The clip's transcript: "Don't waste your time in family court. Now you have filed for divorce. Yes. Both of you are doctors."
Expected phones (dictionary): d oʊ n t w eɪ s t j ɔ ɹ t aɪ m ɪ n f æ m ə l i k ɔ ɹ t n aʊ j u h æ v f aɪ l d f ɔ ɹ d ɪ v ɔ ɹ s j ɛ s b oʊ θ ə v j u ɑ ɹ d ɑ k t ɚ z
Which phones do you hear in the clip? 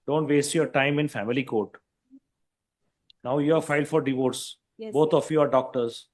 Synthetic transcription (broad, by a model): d oʊ n t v eɪ s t j ɔ ɹ t aɪ m ɪ n f æ m ə l i k ɔ ɹ t n aʊ j u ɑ f aɪ l d f ɔ ɹ d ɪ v ɔ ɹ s s b oʊ t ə f j u ɑ ɹ d ɑ k t ɚ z